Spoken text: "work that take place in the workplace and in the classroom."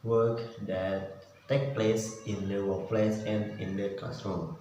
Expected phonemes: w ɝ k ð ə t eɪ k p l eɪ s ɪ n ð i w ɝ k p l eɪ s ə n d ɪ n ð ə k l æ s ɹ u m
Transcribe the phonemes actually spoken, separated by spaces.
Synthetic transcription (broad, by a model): w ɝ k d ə t eɪ k p l eɪ s ɪ n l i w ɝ p l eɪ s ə n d ɪ n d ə k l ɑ s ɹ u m